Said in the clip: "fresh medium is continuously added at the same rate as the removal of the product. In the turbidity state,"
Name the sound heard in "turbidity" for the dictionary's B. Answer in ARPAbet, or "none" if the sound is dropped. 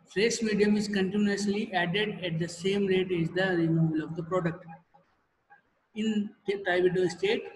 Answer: none